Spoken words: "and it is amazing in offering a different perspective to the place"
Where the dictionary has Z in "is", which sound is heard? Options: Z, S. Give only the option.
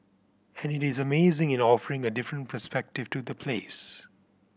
Z